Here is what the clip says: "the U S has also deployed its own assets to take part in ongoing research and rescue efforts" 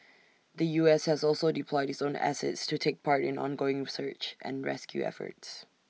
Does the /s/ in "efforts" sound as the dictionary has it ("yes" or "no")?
yes